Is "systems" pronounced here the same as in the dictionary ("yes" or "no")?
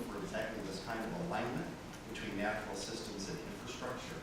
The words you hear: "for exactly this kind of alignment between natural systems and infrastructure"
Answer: yes